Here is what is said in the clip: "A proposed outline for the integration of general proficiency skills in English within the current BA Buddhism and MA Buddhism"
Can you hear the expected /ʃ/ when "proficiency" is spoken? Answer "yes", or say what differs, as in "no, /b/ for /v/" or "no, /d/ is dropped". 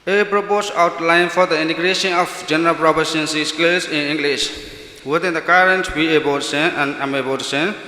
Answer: no, /s/ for /ʃ/